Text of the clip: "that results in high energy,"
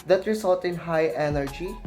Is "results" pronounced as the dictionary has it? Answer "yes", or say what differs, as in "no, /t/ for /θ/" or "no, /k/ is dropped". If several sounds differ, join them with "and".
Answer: no, /s/ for /z/ and /s/ is dropped